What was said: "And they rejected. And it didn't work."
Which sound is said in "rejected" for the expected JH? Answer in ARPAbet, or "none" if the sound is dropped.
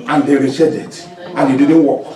CH